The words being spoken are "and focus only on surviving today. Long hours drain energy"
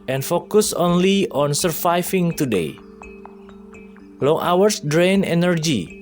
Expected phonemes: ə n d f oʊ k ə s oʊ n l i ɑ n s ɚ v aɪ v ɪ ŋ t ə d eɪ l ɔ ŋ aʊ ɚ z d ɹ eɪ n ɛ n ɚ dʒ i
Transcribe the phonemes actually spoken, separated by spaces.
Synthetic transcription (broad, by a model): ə n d f oʊ k ə s oʊ n l i ɑ n s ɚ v aɪ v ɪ ŋ t ə d eɪ l ɔ ŋ aʊ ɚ s d ɹ eɪ n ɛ n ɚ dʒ i